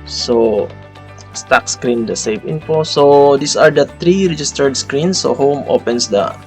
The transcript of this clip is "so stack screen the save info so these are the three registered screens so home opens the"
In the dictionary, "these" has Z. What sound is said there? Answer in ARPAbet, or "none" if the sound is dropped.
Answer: S